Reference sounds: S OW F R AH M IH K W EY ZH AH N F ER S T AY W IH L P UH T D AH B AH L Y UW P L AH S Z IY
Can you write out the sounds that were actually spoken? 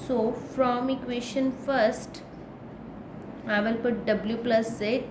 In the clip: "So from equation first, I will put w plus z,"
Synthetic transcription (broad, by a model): S OW F R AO M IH K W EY SH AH N F ER S T AY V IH L P UH T D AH B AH L Y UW P L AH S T